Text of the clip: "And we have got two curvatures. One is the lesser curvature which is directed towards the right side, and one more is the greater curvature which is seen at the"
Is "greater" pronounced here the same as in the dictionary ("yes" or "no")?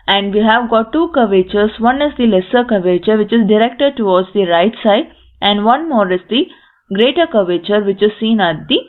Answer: yes